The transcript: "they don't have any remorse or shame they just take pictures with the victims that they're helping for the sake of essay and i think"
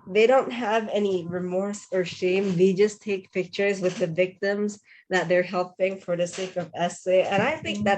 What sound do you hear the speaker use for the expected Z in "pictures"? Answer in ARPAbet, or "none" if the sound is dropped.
Z